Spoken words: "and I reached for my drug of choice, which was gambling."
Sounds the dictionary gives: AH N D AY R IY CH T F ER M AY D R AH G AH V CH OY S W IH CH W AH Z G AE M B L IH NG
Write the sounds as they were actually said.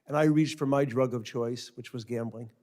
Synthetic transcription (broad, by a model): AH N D AY R IY CH T F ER M AY D R AH G AH V CH OY S W IH CH W AH Z G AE M B L IH NG